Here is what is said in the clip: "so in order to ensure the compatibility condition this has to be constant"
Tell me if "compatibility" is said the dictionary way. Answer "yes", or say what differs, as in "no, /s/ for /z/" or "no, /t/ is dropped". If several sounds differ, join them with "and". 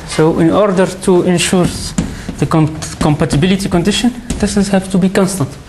yes